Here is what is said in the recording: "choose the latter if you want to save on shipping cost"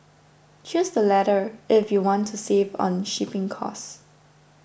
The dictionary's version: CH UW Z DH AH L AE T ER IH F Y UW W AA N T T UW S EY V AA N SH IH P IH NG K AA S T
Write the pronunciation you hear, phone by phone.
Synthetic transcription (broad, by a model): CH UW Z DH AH L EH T ER IH F Y UW W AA N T T UW S EY V AA N SH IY P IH NG K AA S